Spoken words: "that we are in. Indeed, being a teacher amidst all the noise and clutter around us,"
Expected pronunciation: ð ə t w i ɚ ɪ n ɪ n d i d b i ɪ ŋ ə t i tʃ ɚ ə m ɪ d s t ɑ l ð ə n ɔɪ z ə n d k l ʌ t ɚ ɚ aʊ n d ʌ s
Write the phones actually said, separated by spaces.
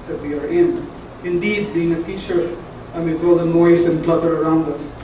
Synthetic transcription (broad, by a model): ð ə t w i ɚ ɪ n ɪ n d i d b i ɪ ŋ ə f i tʃ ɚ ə m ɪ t s ɑ l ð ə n ɔɪ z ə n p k l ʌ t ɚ ɚ aʊ n d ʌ s